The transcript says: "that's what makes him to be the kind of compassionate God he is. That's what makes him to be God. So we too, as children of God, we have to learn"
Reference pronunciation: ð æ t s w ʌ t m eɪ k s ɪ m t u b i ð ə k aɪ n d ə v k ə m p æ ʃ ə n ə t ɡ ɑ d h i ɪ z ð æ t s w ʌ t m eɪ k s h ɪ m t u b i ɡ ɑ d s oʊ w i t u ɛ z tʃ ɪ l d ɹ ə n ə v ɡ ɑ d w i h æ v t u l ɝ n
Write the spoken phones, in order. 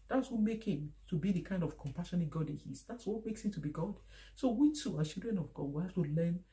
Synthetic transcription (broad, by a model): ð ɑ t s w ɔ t m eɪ k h ɪ m t u b i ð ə k aɪ n d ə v k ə m p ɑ ʃ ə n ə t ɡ ɑ d h i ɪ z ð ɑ t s w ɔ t m eɪ k s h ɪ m t u b i ɡ ɑ d s oʊ w i t u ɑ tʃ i l d ɹ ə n ə v ɡ ɑ d w i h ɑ f t u l ɝ n